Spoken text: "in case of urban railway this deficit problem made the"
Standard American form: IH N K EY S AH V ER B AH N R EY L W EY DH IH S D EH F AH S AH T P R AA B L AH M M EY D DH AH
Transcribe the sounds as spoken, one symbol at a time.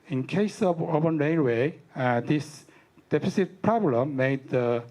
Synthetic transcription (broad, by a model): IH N K EY S AH V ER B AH N R EY N W EY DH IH S D EH F AH S AH T P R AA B L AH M M EY D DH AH